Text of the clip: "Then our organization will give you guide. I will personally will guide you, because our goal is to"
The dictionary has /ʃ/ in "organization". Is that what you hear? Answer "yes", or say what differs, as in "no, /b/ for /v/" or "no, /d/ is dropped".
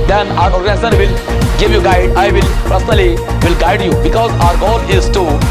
no, /s/ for /ʃ/